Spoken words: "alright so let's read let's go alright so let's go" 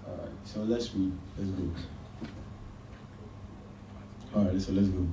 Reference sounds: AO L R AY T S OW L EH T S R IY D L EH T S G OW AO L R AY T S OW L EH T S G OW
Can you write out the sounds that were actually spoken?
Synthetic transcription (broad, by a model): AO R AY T S OW L EH T S W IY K L EH T S G OW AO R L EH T S OW L EH T S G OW